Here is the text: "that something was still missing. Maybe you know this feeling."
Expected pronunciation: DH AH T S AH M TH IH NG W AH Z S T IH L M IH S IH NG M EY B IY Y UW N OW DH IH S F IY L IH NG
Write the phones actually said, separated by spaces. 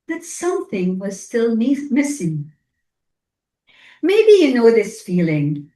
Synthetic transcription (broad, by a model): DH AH T S AH M TH IH NG W AH Z S T IH L M IH S IH NG M EY B IY Y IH N OW DH IH S F IY L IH NG